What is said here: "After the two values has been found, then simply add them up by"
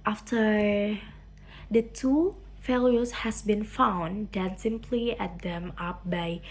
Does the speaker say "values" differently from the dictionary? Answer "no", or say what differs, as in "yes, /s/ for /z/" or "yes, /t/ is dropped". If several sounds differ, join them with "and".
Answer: yes, /f/ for /v/ and /s/ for /z/